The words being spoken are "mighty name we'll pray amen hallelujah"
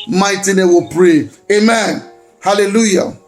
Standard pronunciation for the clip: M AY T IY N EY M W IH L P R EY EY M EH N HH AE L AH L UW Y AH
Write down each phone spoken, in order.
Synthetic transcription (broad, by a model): M AY T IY N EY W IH P R EY EY M EH N HH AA L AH L UW Y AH